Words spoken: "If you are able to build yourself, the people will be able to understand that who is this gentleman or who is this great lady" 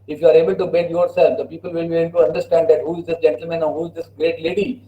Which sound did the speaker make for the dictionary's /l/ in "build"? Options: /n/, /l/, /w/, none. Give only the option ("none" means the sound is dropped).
none